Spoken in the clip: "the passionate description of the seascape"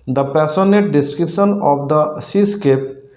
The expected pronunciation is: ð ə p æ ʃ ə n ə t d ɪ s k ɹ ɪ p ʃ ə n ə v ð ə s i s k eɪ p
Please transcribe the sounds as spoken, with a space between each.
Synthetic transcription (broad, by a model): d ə p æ s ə n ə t d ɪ s k ɹ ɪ p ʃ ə n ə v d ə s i s k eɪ p